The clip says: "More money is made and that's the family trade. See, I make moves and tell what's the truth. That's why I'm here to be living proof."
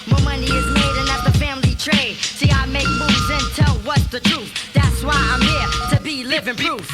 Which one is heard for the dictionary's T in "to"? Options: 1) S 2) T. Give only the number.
2